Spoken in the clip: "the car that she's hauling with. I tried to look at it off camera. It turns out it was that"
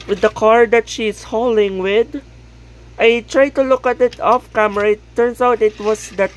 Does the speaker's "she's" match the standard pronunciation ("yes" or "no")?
no